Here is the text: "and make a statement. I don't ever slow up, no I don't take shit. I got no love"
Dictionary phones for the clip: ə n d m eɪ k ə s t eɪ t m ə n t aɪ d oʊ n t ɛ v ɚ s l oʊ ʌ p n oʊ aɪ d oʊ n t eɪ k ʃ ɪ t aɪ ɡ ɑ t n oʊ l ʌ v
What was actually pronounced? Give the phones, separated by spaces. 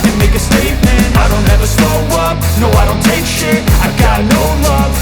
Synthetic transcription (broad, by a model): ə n m eɪ k ə s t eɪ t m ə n aɪ d oʊ n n ɛ v ɚ s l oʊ ʌ p n oʊ aɪ d oʊ n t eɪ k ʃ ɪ aɪ ɡ ɑ t n oʊ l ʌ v